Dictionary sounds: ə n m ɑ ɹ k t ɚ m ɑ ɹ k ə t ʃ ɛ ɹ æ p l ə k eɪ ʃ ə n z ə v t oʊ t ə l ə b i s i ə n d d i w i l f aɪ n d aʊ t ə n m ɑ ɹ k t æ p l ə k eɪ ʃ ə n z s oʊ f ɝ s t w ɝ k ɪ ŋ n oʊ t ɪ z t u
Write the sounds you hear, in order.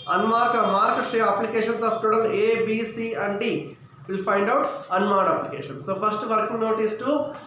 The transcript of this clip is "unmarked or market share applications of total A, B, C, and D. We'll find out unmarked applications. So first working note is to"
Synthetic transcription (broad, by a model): ə n m ɑ ɹ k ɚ m ɑ ɹ k ə t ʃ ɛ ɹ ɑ p l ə k eɪ ʃ ə n s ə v t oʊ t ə l ə b i s i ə n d d i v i l p aɪ n d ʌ t ə n m ɑ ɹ t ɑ p l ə k eɪ ʃ ə n s oʊ p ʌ s t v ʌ k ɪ ŋ n oʊ t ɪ s t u